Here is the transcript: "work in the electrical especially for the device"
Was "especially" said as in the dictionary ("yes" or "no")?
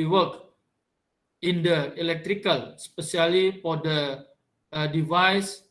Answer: no